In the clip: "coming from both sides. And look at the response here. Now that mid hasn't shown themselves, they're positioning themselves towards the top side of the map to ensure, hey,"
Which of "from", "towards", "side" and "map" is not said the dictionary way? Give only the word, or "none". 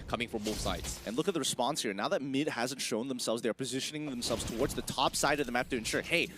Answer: map